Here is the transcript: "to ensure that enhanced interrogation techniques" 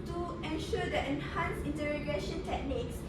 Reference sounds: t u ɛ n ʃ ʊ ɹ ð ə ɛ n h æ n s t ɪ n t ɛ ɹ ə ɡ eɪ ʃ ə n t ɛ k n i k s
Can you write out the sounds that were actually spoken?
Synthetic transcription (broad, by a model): t u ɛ n ʃ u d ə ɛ n h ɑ n s ɪ n t ɛ ɹ ə ɡ eɪ ʃ ə n t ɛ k n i k s